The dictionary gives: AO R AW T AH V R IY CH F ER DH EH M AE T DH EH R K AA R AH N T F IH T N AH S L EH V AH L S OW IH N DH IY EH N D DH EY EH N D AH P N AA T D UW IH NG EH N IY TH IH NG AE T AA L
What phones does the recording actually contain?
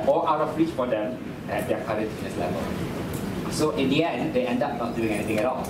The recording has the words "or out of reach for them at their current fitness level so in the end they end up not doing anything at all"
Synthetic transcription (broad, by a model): AO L AW T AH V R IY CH F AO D EH M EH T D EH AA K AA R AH T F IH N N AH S L EH V AH L S OW IH N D IY EH N D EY EH N D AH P N AA T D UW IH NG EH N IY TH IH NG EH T AA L